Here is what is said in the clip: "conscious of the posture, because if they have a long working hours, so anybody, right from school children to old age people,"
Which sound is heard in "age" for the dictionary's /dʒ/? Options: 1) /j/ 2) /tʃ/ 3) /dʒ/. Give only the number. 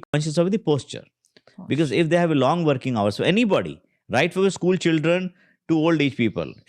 2